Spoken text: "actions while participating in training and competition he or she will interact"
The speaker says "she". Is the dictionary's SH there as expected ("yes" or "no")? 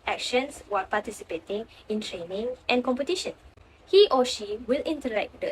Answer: yes